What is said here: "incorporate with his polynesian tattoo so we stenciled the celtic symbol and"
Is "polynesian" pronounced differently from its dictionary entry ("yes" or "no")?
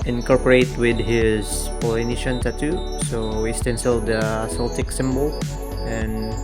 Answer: yes